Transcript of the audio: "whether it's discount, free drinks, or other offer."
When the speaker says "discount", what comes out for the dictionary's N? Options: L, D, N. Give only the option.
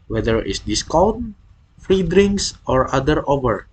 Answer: L